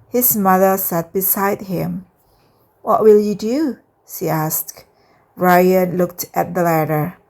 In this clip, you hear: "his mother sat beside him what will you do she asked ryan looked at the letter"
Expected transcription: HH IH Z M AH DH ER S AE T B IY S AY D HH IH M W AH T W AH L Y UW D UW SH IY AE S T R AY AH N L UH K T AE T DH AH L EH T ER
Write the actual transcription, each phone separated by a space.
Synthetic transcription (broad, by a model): HH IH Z M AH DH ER S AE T B IY S AY D HH IH M W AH T W AH L Y UW D UW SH IY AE S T R AY AH N L UH K T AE T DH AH L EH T ER